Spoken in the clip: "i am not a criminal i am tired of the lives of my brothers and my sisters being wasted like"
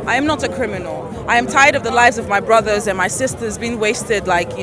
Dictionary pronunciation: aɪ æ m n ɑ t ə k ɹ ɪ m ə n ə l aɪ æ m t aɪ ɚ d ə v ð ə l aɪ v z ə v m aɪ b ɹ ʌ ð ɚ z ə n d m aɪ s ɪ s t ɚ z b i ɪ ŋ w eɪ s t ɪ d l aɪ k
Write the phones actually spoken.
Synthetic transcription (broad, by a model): aɪ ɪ m n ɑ t ə k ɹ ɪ m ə n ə l aɪ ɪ m t aɪ ɚ d ə v ð ə l aɪ v z ə v m aɪ b ɹ ʌ ð ɚ z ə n m aɪ s ɪ s t ɚ z b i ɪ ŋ w eɪ s t ɪ d l aɪ k